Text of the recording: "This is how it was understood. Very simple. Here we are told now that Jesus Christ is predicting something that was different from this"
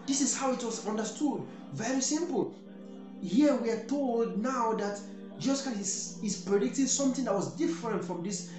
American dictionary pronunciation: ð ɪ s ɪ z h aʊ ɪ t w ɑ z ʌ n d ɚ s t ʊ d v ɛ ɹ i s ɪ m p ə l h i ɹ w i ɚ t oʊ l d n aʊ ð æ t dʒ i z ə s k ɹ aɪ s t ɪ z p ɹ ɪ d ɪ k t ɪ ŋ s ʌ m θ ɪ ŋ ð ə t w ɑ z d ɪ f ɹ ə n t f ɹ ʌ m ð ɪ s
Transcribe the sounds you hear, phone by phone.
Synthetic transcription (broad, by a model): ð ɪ s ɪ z h aʊ ɪ t w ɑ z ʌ n d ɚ s t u d v ɛ ɹ i s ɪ m p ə l h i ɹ w i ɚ t oʊ l d n aʊ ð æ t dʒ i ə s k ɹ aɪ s ɪ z p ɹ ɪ d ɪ k t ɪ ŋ s ʌ m θ ɪ ŋ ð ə t w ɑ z d ɪ f ɹ ə n t f ɹ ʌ m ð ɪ s